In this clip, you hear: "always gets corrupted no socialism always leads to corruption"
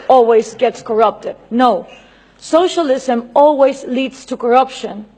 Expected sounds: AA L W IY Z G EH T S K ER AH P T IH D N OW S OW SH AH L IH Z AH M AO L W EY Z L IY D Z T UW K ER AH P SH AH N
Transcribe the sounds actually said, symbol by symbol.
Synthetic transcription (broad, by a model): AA L W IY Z G EH T S K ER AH P T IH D N OW S OW SH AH L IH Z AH M AO L W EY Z L IY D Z T UW K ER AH P SH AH N